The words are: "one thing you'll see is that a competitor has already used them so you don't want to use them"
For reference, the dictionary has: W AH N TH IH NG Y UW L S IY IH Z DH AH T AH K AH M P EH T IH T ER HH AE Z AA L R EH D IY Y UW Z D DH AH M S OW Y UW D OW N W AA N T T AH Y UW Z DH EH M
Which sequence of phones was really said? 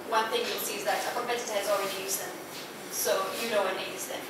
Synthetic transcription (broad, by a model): W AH N TH IH NG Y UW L S IY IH Z DH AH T AH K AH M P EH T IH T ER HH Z AA L R EH D IY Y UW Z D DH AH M S OW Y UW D OW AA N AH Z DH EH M